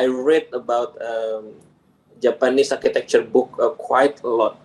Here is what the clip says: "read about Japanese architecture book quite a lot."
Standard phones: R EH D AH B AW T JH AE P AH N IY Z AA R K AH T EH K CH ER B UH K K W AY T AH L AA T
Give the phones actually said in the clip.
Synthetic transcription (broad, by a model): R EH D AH B AW T JH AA P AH N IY S AA R K AH T EH K CH ER B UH K K W AY T AH L AA T